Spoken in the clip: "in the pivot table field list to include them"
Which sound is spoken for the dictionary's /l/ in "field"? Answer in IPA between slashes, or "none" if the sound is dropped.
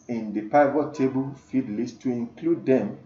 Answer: none